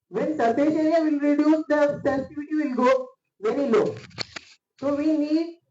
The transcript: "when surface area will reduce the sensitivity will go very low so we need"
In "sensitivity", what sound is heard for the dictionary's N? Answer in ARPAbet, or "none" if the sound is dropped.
none